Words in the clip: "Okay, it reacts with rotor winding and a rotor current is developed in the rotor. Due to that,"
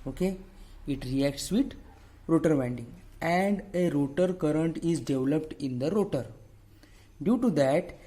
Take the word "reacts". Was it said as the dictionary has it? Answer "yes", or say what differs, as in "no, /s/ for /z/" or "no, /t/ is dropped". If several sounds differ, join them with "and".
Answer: yes